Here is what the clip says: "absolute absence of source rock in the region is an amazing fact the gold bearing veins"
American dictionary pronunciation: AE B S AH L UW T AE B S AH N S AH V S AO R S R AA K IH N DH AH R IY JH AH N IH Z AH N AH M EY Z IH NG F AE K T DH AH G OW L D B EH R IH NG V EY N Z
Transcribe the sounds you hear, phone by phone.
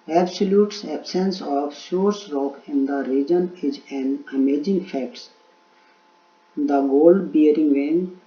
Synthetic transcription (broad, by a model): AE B S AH L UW T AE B S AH N S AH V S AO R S R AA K IH N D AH R IY JH AH N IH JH AH N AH M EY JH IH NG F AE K T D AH G OW L D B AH R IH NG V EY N